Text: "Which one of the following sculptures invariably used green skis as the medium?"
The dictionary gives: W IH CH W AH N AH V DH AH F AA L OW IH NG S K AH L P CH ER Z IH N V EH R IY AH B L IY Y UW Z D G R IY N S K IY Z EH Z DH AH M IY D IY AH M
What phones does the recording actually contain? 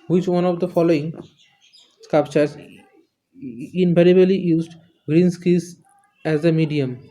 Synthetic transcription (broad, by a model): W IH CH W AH N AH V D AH F AA L OW IH NG S K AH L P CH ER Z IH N P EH R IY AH L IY Y UW Z D G R IY N S K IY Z EH Z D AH M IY D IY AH M